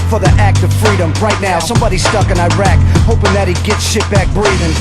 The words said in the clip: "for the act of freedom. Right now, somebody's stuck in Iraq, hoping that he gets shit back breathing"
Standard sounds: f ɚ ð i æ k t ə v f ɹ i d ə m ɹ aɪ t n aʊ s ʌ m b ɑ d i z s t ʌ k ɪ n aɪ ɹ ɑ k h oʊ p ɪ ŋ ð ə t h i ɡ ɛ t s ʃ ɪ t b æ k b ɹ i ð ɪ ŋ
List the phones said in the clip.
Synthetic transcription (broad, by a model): f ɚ ð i æ k t ə v f ɹ i d ə m ɹ aɪ t n aʊ s ʌ m b ɑ d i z s t ʌ k ɪ n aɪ ɹ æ k h oʊ p ɪ ŋ ð ə t h i ɡ ɛ t s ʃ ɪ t b æ k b ɹ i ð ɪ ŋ